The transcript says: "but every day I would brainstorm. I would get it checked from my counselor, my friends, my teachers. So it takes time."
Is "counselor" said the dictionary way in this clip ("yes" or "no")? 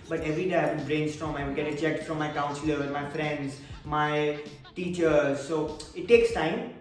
no